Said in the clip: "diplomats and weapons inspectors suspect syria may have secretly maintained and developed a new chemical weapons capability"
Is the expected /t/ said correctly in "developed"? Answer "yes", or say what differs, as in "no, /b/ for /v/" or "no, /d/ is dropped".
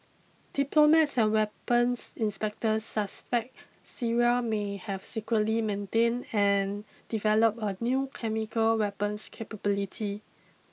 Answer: no, /t/ is dropped